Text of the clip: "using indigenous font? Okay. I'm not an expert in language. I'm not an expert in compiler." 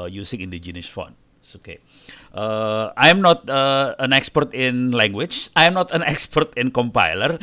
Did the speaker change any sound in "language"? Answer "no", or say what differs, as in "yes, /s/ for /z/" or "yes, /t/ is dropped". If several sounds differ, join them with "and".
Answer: yes, /tʃ/ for /dʒ/